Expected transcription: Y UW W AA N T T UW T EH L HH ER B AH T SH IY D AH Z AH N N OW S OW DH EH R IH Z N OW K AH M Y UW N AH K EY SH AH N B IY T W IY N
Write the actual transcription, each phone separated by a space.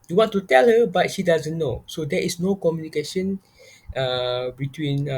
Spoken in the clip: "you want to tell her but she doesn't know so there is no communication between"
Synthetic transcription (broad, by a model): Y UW W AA N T T UW T EH L HH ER B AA T SH IY D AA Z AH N N OW S OW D EH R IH S N OW K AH M Y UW N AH K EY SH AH N B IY T W IY N